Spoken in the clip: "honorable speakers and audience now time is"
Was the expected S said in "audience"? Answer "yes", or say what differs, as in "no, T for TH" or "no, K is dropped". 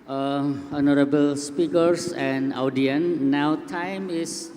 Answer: no, S is dropped